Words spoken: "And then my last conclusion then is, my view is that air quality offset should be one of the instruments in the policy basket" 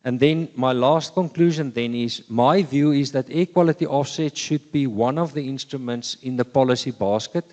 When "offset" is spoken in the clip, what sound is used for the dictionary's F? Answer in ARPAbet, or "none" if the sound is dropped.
F